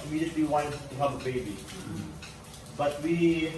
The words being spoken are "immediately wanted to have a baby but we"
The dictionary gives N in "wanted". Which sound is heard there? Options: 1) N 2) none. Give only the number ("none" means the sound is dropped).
2